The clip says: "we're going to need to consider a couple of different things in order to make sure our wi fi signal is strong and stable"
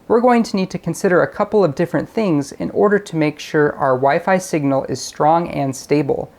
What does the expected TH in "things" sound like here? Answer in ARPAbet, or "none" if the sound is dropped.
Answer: TH